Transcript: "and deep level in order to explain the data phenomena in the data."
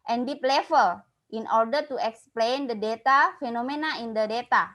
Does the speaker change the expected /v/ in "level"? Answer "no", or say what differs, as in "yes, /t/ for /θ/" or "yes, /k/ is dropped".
yes, /f/ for /v/